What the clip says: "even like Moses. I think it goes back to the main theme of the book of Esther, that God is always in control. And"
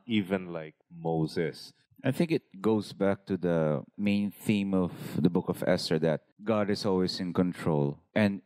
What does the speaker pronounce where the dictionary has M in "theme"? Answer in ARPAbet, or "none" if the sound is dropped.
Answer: M